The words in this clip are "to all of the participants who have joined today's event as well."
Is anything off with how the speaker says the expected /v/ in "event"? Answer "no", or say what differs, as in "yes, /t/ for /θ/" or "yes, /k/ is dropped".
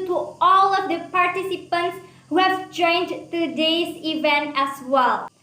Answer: no